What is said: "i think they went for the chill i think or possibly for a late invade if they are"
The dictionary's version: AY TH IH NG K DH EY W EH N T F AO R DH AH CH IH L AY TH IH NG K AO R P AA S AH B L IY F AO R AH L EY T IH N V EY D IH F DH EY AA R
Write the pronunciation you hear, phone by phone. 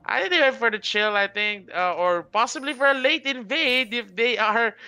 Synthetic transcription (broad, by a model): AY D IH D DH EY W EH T F AO R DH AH CH IH L AY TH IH NG K AO R P AA S AH B L IY F AO R AH L EY T IH N V EY D IH F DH EY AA R